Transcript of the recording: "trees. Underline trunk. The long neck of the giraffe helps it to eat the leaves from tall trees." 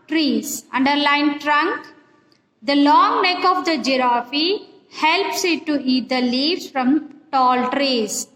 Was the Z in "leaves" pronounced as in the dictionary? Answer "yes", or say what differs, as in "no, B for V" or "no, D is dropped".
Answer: no, Z is dropped